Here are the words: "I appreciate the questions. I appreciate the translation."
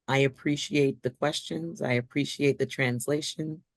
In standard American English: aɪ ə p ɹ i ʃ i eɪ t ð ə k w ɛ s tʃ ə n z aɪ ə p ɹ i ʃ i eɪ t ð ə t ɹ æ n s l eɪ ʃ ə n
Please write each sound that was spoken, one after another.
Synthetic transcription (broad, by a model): aɪ ə p ɹ i ʃ i eɪ t ð ə k w ɛ s tʃ ə n z aɪ ə p ɹ i ʃ i eɪ t ð ə t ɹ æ n s l eɪ ʃ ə n